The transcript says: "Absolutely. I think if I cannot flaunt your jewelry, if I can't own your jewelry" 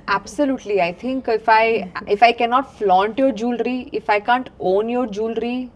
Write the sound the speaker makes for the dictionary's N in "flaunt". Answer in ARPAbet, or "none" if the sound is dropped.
N